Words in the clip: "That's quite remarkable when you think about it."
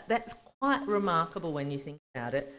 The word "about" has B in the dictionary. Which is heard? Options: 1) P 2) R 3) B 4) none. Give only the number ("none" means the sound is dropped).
3